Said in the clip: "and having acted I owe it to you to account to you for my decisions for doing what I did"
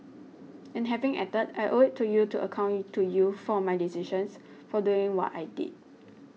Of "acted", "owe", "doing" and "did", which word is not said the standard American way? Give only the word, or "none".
acted